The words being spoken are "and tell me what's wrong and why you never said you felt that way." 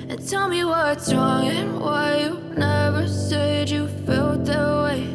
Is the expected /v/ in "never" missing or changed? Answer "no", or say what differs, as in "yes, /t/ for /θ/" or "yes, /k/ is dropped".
no